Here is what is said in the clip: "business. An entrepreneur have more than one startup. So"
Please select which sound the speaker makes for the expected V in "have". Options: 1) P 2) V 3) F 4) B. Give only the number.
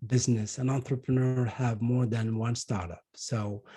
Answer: 2